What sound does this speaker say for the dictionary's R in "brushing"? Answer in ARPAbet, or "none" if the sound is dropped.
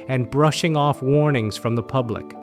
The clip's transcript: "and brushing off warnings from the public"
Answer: R